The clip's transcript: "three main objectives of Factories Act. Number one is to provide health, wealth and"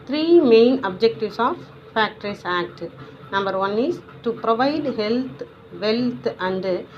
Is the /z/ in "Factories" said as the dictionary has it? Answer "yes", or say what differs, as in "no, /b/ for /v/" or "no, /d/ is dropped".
no, /s/ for /z/